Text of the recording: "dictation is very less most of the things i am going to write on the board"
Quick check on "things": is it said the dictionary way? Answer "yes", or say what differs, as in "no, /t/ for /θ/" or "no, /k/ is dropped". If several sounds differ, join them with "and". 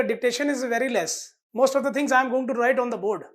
no, /t/ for /θ/